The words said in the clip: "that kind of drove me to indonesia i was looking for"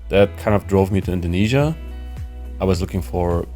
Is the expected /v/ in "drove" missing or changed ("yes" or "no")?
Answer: no